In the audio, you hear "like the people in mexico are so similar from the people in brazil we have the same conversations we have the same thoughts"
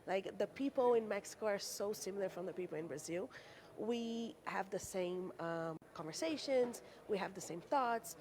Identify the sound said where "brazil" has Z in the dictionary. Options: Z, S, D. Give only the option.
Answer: Z